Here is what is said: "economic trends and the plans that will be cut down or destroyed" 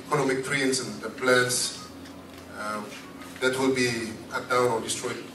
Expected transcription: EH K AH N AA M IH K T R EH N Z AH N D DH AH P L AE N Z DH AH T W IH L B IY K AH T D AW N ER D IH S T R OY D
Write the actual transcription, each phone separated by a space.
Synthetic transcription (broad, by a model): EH K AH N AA M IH K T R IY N S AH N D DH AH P L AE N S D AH T W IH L B IY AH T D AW AO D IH S T R OY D